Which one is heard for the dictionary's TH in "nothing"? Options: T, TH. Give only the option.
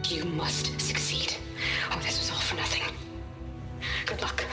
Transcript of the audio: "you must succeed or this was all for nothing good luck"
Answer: TH